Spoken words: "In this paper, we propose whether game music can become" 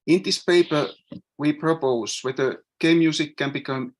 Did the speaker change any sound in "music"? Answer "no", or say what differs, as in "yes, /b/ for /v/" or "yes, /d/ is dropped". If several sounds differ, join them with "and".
yes, /s/ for /z/